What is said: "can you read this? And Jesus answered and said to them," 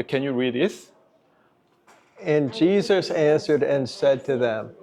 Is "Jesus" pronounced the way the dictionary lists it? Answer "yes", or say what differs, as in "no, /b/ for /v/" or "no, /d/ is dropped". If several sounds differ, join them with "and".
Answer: yes